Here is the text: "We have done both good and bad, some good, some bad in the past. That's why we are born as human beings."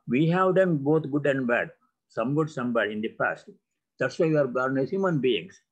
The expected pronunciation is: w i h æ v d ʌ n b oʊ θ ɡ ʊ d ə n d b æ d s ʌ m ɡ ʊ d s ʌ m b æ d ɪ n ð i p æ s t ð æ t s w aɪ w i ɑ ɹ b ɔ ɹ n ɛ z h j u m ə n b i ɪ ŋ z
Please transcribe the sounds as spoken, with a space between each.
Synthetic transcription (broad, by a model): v i h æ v d ʌ n b oʊ t ɡ ʊ d ə n d b æ d s ʌ m ɡ ʊ d s ʌ m b æ d ɪ n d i p æ s t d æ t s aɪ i ɑ ɹ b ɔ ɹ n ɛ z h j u m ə n b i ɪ ŋ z